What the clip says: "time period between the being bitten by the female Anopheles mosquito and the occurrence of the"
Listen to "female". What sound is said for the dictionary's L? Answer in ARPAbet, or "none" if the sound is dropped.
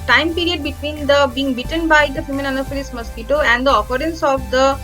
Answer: N